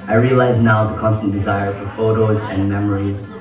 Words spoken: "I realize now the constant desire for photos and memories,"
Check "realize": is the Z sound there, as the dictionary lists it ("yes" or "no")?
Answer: yes